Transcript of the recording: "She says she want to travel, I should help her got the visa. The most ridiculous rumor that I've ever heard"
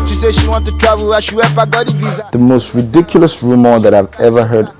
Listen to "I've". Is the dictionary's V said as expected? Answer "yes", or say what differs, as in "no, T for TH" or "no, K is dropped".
yes